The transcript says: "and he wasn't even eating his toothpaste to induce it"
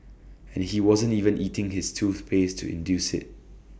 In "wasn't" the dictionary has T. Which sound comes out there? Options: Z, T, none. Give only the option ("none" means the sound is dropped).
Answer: T